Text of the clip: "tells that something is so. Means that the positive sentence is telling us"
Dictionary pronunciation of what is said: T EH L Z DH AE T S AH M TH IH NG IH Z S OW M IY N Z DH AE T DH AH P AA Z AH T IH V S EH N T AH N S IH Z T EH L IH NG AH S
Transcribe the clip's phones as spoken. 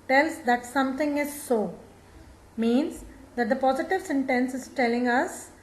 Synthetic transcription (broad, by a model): T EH L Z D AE T S AH M T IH NG IH Z S OW M IY N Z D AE T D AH P AA Z AH T IH V S EH N T AH N S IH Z T EH L IH NG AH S